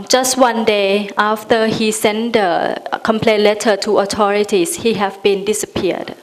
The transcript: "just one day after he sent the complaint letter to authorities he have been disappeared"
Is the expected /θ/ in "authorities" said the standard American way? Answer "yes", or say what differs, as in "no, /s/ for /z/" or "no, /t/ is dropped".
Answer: no, /t/ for /θ/